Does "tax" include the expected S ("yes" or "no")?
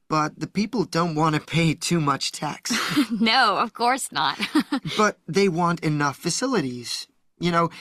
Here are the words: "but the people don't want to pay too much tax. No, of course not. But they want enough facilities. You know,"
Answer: yes